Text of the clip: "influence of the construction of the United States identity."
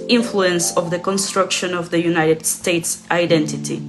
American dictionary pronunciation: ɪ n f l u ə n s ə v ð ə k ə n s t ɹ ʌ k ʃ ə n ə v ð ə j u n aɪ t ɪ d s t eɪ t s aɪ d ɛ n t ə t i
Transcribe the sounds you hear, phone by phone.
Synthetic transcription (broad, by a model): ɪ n f l u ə n s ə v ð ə k ə n s t ɹ ʌ k ʃ ə n ə v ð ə j u n aɪ t ɪ d s t eɪ t s aɪ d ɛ n t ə t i